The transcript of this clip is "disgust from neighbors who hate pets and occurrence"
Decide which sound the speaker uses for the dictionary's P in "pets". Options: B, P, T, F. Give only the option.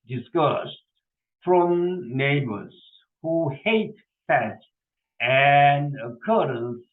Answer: F